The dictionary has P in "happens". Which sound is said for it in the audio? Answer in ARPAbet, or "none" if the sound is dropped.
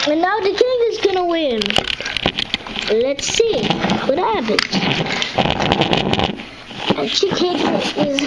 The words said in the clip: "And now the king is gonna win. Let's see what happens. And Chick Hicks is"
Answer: B